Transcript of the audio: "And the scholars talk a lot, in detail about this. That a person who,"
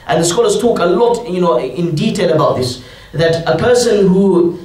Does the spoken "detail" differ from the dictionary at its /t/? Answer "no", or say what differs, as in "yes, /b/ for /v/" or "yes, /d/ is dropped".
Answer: no